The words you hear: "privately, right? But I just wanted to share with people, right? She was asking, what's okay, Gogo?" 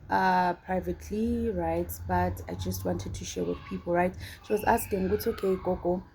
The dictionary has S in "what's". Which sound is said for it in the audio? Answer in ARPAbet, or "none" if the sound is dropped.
none